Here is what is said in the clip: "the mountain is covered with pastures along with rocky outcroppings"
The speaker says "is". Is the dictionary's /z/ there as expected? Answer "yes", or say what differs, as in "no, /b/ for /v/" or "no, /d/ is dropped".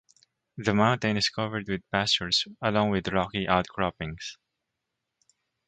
no, /s/ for /z/